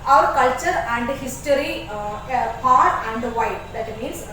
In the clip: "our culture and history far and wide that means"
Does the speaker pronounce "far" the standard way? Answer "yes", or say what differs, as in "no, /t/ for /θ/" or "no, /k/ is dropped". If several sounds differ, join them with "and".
no, /p/ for /f/